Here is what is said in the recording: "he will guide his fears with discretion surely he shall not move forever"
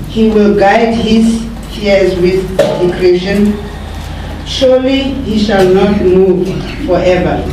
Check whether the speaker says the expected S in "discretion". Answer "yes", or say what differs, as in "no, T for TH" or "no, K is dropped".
no, S is dropped